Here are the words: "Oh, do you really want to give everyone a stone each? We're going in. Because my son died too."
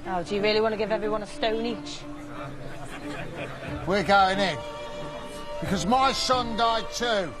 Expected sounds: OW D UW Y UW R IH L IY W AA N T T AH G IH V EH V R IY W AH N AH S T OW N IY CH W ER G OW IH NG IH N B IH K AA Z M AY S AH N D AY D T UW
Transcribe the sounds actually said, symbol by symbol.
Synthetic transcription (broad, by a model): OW D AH Y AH R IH L IY W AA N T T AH G IH V EH V R IY W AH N AH S T OW N IY CH W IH G OW IH NG IH N B IH K AA Z M AY S AH N D AY D T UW